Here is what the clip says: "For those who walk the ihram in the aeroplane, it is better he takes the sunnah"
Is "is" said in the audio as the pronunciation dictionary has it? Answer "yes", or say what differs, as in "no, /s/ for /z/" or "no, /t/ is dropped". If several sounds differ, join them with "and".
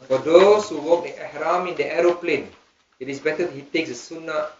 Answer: no, /s/ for /z/